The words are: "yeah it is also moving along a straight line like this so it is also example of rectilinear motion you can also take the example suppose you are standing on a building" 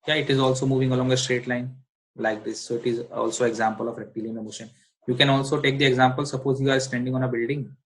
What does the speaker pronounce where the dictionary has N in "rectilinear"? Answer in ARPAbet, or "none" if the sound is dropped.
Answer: none